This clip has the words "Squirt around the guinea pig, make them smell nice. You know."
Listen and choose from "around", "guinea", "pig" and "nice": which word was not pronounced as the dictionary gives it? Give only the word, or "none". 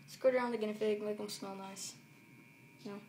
pig